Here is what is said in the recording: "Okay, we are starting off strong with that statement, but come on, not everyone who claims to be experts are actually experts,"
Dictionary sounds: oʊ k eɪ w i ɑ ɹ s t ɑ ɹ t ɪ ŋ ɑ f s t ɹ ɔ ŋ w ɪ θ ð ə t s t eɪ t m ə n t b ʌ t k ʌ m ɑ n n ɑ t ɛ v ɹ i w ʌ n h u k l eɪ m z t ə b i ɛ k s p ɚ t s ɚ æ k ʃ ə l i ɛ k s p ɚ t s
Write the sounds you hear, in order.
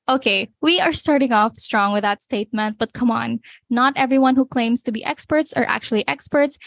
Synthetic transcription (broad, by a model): oʊ k eɪ w i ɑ ɹ s t ɑ ɹ t ɪ ŋ ɑ f s t ɹ ɔ ŋ w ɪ ð ə t s t eɪ t m ə n t b ʌ t k ʌ m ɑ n n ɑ t ɛ v ɹ i w ʌ n h u k l eɪ m s t ə b i ɛ k s p ɚ t s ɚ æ k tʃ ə l i ɛ k s p ɚ t s